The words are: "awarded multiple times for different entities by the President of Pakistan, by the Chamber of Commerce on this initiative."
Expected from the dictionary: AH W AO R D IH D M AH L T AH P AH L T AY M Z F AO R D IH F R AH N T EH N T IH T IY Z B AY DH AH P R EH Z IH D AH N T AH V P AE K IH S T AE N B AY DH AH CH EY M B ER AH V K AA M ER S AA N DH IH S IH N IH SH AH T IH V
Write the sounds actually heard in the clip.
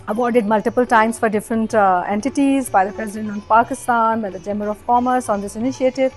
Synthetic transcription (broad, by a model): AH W AO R D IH D M AH L T AH P AH L T AY M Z F AO R D IH F R AH N T EH N T IH T IY Z B AY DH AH P R EH Z IH D AH N T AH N P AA K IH S T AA N B AY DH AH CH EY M ER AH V K AA M ER S AA N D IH S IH N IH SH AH T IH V